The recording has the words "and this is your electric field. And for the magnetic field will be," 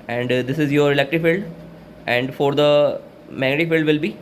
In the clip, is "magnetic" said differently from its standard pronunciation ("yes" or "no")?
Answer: yes